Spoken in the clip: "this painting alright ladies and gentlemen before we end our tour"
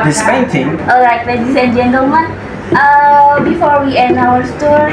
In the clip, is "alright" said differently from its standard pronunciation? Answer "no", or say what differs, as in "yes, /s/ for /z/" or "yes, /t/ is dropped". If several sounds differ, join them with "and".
yes, /l/ is dropped